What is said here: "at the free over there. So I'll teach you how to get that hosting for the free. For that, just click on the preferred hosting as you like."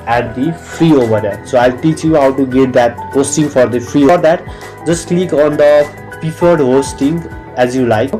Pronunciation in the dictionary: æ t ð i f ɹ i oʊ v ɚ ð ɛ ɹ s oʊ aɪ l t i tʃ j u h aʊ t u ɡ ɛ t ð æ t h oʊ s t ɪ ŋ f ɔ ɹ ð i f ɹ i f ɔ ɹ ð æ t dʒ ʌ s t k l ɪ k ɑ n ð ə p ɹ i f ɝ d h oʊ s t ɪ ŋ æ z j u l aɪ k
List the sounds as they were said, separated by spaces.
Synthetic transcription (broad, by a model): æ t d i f ɹ i oʊ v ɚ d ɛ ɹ s oʊ aɪ l t i tʃ j u h aʊ t u ɡ ɛ t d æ t h oʊ s t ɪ ŋ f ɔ ɹ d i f ɹ i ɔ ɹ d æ t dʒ ʌ s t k l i k ɑ n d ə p i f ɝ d h oʊ s t ɪ ŋ æ z j u l aɪ k